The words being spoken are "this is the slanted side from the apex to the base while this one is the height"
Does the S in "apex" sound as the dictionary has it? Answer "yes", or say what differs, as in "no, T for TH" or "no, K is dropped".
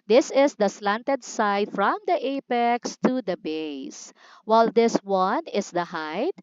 yes